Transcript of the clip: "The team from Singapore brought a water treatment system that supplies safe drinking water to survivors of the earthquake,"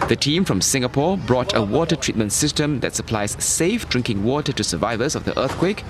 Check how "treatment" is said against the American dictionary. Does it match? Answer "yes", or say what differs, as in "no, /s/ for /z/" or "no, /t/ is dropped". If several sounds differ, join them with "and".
yes